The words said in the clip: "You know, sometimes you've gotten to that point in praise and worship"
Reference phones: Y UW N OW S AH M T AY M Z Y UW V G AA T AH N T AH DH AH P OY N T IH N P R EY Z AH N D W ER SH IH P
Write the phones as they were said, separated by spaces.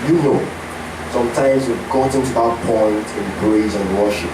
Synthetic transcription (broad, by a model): Y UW N OW S AH M T AY M Z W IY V G AA T AH N T AH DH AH P OY N T IH N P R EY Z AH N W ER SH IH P